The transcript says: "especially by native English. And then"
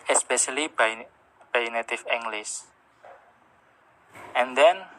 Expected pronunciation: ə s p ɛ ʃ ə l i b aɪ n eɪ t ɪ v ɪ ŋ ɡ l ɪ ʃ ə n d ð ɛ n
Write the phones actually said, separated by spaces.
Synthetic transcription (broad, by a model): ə s p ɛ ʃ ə l i b aɪ n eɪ t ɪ f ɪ ŋ ɡ l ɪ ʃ ə n d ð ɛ n